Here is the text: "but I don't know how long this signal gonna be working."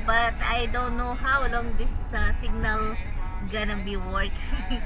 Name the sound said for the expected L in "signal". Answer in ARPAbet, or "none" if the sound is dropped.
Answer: L